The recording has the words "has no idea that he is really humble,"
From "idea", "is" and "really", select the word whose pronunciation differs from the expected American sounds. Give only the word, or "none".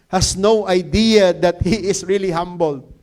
is